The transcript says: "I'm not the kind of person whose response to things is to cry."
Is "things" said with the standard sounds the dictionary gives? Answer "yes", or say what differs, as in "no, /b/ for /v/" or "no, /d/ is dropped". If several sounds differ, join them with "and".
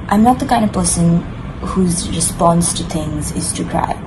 yes